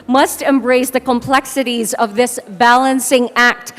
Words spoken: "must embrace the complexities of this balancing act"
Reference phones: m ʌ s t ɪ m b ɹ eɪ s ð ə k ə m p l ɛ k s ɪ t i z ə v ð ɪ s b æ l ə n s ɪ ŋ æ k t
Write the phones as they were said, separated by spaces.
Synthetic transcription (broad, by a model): m ʌ s t ɪ m b ɹ eɪ s ð ə k ə m p l ɛ k s ɪ t i z ə v ð ɪ s b æ l ə n s ɪ ŋ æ k t